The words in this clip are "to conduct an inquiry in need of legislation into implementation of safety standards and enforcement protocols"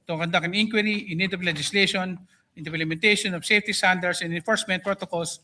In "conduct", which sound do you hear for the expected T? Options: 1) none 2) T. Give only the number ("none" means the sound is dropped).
1